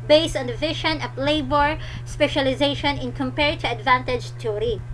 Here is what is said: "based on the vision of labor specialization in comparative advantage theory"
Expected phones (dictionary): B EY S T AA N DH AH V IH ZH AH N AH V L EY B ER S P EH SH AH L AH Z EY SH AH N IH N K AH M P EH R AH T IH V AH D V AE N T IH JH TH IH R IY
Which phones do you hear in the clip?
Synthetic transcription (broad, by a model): B EY S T AA N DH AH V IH SH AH N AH P L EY B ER S P EH SH AH L AH Z EY SH AH N IH N K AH M P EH R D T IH AH D V AE N T IH JH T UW R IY